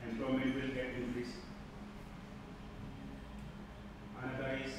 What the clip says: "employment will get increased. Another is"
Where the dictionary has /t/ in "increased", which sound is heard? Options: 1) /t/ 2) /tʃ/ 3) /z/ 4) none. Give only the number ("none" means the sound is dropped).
4